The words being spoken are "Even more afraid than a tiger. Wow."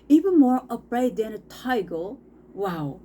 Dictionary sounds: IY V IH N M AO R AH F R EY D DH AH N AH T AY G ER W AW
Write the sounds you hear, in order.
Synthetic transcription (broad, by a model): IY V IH N M AO R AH P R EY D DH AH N AH T AY G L W AW